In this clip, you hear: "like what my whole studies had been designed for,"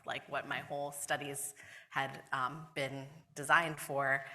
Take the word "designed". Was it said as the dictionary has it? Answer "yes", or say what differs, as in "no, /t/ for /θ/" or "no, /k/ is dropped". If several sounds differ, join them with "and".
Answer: yes